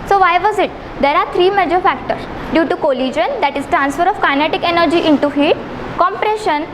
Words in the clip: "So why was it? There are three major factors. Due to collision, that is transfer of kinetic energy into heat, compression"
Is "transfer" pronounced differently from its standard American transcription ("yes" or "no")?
no